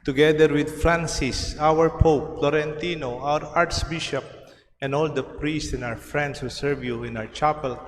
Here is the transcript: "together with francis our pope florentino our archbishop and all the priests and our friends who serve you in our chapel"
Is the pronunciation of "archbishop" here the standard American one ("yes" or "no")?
no